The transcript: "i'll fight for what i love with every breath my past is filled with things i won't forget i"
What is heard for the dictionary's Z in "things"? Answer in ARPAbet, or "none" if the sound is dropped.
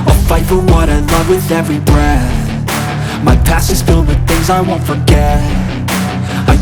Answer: Z